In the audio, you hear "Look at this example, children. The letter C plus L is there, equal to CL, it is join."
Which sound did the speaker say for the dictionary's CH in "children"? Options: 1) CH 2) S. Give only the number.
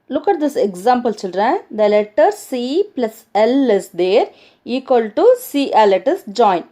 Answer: 2